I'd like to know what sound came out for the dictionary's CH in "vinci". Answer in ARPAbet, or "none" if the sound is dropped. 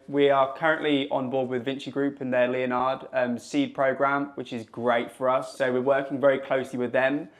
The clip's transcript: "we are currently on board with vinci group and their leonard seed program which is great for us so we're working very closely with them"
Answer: CH